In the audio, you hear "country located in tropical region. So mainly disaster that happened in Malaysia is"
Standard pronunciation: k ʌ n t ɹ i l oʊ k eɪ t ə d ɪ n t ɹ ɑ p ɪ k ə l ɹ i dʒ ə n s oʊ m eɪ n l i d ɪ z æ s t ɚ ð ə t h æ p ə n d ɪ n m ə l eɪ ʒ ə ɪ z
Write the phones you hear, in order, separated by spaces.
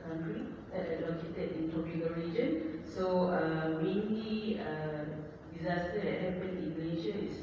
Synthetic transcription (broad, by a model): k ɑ n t ɹ i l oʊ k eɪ t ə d ɪ n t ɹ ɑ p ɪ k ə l ɹ i dʒ ə n s oʊ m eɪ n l i d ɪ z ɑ s t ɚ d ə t h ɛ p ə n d ɪ n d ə n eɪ ʃ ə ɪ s